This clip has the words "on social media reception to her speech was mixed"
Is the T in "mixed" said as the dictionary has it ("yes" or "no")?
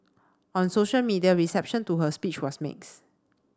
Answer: no